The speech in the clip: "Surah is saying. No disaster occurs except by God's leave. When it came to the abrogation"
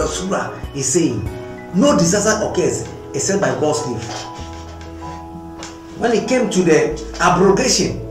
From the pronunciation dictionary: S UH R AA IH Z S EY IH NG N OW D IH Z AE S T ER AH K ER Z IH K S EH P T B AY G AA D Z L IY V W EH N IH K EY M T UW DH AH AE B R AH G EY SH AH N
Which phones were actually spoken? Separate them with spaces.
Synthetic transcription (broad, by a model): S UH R AA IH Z S EY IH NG N OW D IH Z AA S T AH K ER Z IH S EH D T B AY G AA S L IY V W EH N IH K EY M T UW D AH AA B R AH G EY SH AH N